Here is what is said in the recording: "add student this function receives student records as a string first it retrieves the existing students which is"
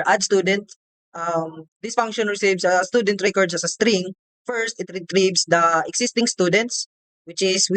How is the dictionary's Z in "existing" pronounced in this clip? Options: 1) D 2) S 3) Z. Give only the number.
2